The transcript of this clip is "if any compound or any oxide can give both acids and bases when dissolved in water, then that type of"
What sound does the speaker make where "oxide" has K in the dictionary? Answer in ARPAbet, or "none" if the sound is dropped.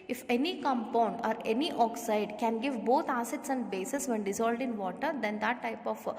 K